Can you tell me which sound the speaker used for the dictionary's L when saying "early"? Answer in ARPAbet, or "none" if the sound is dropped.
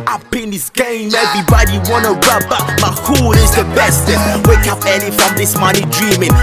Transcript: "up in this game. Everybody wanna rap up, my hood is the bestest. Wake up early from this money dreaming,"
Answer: N